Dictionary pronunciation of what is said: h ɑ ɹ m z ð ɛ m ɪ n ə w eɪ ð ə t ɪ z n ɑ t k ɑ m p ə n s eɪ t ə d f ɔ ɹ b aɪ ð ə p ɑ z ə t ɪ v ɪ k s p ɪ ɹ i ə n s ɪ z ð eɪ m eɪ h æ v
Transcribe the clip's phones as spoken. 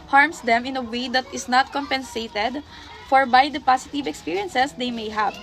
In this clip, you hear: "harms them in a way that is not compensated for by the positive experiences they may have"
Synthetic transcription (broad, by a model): h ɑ ɹ m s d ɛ m ɪ n ə w eɪ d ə t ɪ s n ɑ t k ɑ m p ə n s eɪ t ə d f ɔ ɹ b aɪ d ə p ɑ s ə t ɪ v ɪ k s p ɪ ɹ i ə n s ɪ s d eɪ m eɪ h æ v